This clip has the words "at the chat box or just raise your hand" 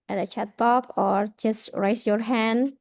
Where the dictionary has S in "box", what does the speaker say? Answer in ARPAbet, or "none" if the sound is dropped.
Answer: none